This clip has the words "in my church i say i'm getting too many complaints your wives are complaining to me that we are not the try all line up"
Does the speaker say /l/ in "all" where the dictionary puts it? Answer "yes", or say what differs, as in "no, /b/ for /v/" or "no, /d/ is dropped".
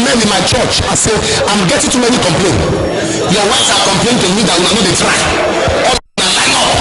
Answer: no, /n/ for /l/